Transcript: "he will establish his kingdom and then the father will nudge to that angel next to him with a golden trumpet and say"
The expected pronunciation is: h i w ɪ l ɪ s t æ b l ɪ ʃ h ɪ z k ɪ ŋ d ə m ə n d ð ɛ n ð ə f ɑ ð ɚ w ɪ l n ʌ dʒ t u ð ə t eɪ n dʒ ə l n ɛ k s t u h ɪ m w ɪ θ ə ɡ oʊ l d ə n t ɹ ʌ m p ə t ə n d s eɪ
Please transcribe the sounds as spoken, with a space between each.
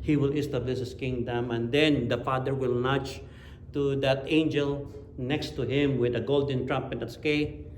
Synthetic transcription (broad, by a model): h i w ɪ l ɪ s t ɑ b l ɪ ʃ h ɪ s k ɪ ŋ d ə m ə n d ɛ n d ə f ɑ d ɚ w ɪ l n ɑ tʃ t u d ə t eɪ n dʒ ə l n ɛ k s t u h ɪ m w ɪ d ə ɡ oʊ l d ə n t ɹ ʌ m p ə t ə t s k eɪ